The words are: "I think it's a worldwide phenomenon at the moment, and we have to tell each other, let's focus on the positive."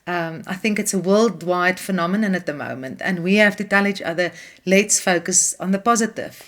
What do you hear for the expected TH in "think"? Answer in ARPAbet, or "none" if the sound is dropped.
TH